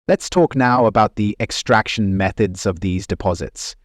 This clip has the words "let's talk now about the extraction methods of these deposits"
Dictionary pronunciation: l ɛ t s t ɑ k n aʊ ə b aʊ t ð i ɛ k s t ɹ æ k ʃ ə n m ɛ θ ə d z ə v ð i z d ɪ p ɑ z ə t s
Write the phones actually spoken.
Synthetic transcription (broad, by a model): l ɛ t s t ɑ k n aʊ ə b aʊ t ð i ɛ k s t ɹ æ k ʃ ə n m ɛ θ ə d z ə v ð i z d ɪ p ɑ z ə t s